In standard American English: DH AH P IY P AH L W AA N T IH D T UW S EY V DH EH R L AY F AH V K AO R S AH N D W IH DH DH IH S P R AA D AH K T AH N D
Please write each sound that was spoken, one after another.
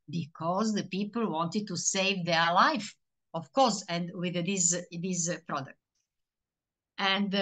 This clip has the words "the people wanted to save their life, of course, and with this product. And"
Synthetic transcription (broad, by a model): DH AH P IY P AH L W AA N T IH D T UW S EY V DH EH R L AY F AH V K AO R S AH N D W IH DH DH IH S P R AA D AH K T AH N D